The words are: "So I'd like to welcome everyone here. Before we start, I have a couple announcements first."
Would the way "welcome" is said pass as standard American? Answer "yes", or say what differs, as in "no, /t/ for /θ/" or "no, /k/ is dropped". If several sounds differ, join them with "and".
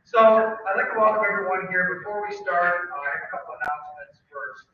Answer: no, /l/ is dropped